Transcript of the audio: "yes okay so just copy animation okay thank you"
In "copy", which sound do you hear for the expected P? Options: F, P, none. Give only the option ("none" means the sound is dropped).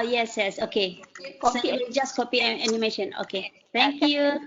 P